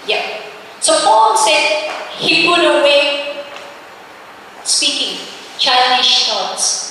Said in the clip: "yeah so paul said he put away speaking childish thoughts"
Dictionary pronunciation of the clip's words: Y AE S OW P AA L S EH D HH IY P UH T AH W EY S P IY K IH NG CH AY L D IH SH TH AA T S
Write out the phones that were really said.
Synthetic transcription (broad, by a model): Y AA S OW F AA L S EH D HH IY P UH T AH W EY S P IY K IH NG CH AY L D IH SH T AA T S